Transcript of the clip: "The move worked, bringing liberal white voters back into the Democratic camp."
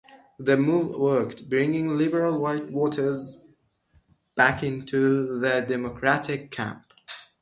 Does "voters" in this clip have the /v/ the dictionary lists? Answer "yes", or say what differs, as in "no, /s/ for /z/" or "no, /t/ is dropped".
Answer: no, /w/ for /v/